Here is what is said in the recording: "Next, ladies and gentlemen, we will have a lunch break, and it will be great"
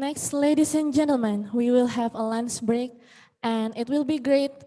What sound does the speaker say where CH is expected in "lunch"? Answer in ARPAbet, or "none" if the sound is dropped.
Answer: S